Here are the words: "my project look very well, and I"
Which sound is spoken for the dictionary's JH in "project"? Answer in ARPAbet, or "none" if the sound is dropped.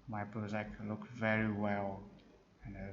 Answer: none